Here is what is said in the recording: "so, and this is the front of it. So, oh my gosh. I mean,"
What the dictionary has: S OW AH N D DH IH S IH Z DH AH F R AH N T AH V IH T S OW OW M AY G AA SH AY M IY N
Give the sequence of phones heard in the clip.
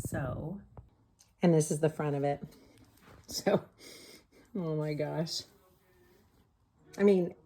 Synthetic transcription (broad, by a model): S OW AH N DH IH S IH Z DH AH F R AH T AH V IH T S OW OW M AY G AA SH AY M IY N